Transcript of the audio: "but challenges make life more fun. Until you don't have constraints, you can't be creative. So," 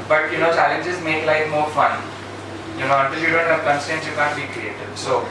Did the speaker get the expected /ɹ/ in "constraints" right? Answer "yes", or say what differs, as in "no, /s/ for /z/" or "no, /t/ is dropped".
no, /ɹ/ is dropped